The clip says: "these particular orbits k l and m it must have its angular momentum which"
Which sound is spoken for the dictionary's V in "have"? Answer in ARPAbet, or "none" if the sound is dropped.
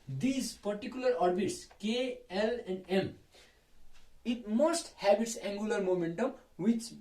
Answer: B